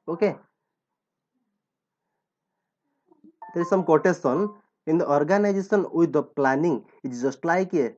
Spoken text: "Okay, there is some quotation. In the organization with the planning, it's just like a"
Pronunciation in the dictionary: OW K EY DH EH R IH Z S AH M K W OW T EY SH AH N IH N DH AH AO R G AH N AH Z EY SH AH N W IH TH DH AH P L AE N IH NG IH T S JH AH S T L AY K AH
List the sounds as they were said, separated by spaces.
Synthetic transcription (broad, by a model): OW K EY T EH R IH S AH M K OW T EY S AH N IH N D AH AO R G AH N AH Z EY S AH N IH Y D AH P L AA N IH NG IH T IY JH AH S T L AY K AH